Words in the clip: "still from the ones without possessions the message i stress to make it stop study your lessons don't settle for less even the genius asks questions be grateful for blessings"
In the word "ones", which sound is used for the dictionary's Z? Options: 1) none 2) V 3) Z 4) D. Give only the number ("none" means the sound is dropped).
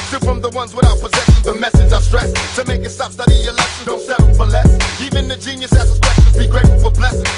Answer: 3